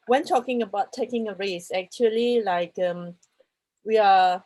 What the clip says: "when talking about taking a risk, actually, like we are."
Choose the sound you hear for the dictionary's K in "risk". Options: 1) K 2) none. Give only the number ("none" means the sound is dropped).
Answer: 2